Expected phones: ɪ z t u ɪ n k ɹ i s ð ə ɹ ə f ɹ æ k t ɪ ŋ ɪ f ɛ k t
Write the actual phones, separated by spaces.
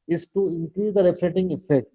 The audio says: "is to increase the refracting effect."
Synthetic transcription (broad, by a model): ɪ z t u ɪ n k ɹ i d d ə ɹ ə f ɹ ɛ t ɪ ŋ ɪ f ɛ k t